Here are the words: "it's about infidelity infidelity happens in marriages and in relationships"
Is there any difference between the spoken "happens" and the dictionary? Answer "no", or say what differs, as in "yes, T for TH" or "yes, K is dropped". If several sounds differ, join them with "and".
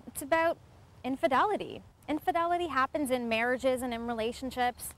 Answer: no